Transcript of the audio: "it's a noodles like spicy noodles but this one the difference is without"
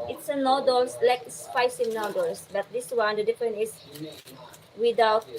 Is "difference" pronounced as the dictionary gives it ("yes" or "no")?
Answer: no